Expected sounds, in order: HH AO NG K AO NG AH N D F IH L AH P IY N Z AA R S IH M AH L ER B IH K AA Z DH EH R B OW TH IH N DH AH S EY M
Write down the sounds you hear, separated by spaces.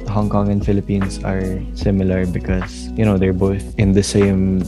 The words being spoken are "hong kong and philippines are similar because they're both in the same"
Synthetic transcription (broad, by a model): HH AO NG K AO NG AH N D F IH L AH P IY N S AA R S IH M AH L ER B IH K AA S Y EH R B OW TH IH N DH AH S EY M